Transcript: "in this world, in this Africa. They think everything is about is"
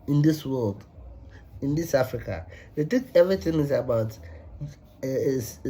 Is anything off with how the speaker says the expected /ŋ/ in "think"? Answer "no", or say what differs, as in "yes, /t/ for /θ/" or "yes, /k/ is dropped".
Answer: yes, /ŋ/ is dropped